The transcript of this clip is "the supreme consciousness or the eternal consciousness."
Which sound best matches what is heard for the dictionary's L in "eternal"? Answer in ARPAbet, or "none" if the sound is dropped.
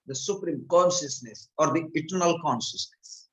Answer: L